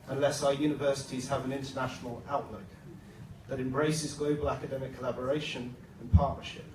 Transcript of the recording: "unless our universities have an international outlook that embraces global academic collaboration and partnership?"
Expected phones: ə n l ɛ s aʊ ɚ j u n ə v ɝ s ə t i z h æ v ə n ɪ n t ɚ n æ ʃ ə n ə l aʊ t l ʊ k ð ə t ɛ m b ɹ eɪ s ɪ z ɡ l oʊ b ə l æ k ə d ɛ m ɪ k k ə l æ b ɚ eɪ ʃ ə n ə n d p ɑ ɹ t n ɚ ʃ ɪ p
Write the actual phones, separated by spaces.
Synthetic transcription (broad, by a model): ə n l ɛ s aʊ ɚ j u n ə v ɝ s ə t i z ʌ v ə n ɪ n t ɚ n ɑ ʃ ə n ə l aʊ t l ʊ k ð ə t ɛ m b ɹ eɪ s ɪ z ɡ l oʊ b ə l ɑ k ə d ɛ m ɪ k k ə l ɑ b ɚ eɪ ʃ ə n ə n p ɑ t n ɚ ʃ ɪ p